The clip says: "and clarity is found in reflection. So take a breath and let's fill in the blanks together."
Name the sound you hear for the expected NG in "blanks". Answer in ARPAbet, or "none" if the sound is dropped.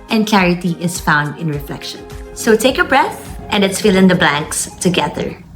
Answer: NG